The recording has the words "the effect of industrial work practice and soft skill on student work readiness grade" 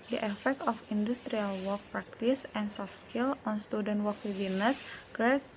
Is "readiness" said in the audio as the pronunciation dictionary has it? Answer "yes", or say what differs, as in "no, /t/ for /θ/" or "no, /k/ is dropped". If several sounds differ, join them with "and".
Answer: no, /w/ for /ɹ/